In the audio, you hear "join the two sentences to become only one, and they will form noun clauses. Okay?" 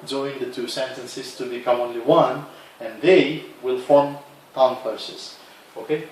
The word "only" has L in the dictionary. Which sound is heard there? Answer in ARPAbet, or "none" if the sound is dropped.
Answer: L